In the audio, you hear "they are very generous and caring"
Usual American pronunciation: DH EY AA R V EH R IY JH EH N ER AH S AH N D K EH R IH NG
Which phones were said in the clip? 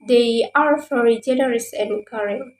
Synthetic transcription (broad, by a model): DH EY AA R F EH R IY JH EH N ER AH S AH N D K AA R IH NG